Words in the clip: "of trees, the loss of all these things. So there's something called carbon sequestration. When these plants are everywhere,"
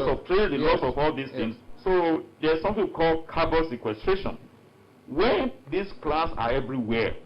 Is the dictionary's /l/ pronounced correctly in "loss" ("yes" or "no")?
yes